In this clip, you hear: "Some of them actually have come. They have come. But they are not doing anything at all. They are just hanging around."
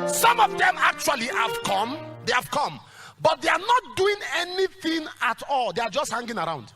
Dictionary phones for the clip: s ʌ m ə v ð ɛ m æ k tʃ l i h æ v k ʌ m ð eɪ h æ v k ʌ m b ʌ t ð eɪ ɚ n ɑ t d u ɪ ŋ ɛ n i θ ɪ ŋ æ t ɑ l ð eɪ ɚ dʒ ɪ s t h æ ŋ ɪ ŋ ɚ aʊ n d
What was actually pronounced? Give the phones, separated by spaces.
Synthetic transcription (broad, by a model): s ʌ m ə v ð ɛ m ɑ k tʃ w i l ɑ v k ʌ m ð eɪ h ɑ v k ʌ m b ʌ t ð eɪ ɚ n ɑ t d u ɪ ŋ ɛ n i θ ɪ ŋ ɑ t ɑ l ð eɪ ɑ dʒ ɪ s t h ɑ ŋ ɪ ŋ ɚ aʊ n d